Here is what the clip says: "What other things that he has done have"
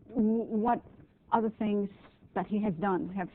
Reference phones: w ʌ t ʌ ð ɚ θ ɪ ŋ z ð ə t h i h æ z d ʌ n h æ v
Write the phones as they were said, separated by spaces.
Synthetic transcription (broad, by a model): w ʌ t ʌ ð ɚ θ ɪ ŋ z ð ə t h i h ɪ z d ʌ n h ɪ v